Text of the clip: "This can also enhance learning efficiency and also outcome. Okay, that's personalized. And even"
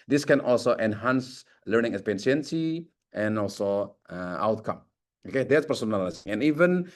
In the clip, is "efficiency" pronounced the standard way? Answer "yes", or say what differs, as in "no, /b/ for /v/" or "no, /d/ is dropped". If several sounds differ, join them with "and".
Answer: no, /p/ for /f/